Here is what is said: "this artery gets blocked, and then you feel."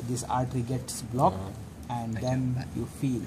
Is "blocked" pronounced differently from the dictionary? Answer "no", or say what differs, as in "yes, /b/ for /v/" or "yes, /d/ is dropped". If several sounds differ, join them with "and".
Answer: yes, /t/ is dropped